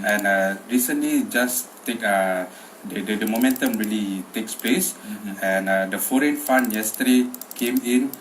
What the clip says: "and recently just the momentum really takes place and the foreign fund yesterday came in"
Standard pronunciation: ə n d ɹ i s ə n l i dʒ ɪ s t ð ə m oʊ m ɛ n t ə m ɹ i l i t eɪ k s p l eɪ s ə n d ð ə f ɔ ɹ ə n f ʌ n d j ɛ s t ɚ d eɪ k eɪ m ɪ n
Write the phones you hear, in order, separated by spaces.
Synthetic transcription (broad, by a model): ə n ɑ ɹ i s ə n l i dʒ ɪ s t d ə m oʊ m ɛ n t ə m ɹ i l i t eɪ k s p l eɪ s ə n d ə f ɔ ɹ ə n f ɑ n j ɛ s t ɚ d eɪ k eɪ m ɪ n